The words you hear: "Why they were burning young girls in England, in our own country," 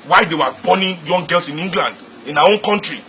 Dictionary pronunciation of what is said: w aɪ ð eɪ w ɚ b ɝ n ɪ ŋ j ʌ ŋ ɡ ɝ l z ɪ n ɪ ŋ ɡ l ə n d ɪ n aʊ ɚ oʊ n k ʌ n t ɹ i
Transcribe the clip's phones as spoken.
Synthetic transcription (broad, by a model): w aɪ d eɪ w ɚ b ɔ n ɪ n j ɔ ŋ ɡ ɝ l s ɪ n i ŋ ɡ l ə n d ɪ n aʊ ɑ oʊ n k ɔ n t ɹ i